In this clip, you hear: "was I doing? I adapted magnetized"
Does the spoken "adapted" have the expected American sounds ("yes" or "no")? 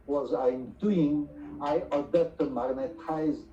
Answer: no